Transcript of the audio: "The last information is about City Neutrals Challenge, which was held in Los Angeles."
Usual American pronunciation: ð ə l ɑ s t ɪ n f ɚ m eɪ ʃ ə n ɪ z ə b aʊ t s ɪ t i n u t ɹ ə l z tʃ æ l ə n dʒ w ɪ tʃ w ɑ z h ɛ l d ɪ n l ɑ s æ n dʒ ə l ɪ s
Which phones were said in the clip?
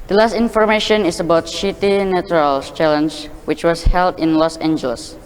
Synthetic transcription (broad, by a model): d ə l ɑ s t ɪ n f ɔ m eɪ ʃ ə n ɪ s ə b aʊ t ʃ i t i n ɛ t ɹ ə l tʃ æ l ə n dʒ w ɪ tʃ w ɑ s h ɛ l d ɪ n l ɑ s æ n dʒ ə l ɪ s